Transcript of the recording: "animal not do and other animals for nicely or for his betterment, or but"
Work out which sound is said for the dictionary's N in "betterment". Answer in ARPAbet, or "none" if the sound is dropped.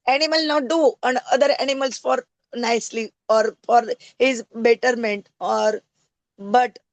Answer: N